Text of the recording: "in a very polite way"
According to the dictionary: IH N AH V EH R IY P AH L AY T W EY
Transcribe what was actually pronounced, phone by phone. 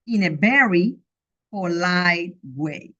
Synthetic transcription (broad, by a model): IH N AH B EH R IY F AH L AY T W EY